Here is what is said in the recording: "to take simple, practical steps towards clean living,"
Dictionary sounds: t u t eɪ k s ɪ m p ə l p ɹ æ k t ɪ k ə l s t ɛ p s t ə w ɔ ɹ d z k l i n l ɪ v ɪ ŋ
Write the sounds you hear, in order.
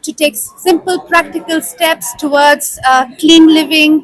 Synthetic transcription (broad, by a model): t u t eɪ k s ɪ m p ə l p ɹ æ k t ɪ k ə l s t ɛ p s t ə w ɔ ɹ d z k l i n l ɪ v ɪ ŋ